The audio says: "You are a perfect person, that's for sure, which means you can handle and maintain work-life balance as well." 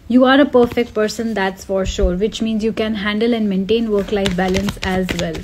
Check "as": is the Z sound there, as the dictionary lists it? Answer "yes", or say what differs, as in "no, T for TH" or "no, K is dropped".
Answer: yes